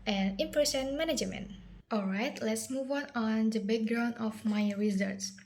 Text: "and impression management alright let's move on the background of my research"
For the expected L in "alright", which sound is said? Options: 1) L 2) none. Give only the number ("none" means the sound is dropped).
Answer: 1